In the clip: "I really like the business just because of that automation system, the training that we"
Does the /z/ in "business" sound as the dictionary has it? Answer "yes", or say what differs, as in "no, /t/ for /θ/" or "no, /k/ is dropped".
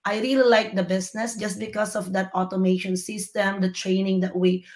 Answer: no, /s/ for /z/